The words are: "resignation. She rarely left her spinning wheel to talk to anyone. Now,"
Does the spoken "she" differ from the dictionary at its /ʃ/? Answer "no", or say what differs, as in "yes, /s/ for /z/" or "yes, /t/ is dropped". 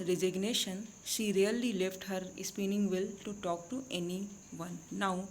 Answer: no